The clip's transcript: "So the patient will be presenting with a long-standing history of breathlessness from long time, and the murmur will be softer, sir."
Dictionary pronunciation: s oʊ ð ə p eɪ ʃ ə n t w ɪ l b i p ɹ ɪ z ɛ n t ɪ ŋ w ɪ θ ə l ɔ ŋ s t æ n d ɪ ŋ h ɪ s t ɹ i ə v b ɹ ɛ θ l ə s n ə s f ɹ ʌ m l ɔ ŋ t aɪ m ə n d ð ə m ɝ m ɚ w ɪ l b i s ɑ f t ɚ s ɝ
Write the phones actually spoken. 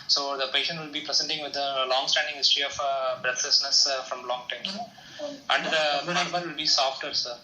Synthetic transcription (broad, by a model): s oʊ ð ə p eɪ ʃ ə n t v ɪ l b i p ɹ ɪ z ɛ n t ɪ ŋ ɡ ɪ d ə l ɔ ŋ s t æ n d ɪ ŋ h ɪ s t ɹ i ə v b ɹ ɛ t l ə s n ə s f ɹ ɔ m l ɔ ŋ t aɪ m ə n d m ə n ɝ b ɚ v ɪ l b i s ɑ f t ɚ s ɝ